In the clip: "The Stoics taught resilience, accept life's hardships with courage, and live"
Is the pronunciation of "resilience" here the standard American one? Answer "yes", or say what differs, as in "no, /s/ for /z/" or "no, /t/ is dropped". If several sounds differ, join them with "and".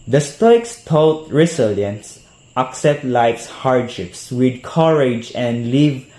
no, /s/ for /z/